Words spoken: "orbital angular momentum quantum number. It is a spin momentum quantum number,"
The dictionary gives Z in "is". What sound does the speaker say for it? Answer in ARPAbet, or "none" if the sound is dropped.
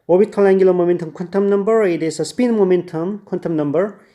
S